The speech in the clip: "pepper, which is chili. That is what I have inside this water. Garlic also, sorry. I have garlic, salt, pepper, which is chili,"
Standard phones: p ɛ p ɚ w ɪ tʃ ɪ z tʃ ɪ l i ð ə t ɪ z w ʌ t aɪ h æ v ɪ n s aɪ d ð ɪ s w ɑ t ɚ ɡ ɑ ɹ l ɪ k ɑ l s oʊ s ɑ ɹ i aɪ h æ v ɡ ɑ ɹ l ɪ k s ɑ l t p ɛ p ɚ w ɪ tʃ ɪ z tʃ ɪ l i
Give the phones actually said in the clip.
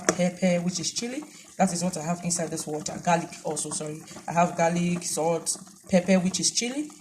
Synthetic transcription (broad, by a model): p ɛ p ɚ w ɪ tʃ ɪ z tʃ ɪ l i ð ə t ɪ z w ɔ t aɪ h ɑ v ɪ n s aɪ d ð ɪ s w ɑ t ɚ ɡ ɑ l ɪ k ɑ l s oʊ s ɑ ɹ i aɪ h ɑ v ɡ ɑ l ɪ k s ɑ t p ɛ p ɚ w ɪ tʃ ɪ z tʃ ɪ l i